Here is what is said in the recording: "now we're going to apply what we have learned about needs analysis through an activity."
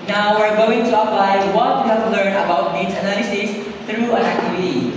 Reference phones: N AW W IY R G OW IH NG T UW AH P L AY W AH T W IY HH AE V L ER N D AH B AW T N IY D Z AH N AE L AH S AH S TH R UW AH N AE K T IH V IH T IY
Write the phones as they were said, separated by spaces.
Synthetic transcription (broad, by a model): N AW W IY R G OW IH NG T UW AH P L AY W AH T W IY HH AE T L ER N AH B AW T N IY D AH N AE L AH S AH S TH R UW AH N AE K T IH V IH T IY